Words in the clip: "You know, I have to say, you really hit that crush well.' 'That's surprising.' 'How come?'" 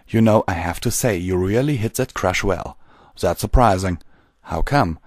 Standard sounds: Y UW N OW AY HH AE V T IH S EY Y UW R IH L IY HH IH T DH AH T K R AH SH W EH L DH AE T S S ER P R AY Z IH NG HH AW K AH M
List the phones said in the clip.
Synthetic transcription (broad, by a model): Y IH N OW AY HH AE F T IH S EY Y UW R IH L IY HH IH T DH AH T K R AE SH W EH L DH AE T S S ER P R AY Z IH NG HH AW K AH M